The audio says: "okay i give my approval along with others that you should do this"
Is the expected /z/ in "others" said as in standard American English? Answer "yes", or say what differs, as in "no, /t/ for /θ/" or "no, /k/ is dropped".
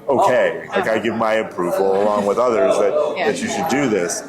yes